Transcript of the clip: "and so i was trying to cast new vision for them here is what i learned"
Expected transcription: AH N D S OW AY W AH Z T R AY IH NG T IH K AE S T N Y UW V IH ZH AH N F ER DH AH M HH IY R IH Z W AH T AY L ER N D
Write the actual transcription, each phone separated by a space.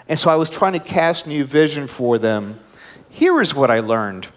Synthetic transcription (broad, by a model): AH N S OW AY W AH Z T R AY IH NG T IH K AE S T N Y UW V IH ZH AH N F ER DH AH M HH IY R IH Z W AH T AY L ER N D